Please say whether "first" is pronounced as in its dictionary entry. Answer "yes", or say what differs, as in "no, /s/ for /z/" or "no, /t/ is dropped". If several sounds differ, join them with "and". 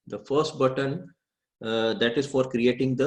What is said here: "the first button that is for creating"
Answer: yes